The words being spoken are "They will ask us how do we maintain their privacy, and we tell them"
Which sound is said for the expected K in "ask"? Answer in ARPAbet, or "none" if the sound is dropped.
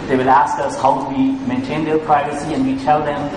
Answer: K